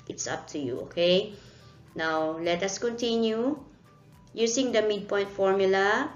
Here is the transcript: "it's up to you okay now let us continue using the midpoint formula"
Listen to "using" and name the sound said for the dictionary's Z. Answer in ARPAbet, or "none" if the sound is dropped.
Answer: S